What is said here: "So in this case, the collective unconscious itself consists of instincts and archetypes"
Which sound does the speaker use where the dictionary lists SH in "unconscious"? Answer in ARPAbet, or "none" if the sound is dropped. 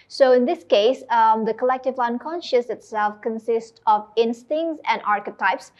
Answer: SH